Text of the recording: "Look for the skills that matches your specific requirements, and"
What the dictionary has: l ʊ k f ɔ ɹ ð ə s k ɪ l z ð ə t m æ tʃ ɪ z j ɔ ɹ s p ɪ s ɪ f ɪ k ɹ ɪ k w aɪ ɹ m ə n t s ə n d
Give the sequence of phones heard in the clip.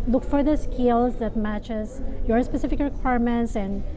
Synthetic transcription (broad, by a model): l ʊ k f ɔ ɹ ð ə s k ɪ l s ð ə t m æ tʃ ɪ s j ɔ ɹ s p ɪ s ɪ f ɪ k ɹ ɪ k w aɪ ɹ m ə n t s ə n d